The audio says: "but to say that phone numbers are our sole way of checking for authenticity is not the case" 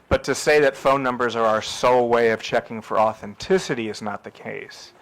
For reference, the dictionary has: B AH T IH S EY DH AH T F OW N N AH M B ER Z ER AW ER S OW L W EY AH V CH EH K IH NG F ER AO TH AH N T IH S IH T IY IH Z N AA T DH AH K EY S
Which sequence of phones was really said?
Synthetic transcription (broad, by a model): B AH T IH S EY DH AH T F OW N N AH M B ER Z ER AW ER S OW L W EY AH V CH EH K IH NG F ER AO TH AH N T IH S IH T IY IH Z N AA T DH AH K EY S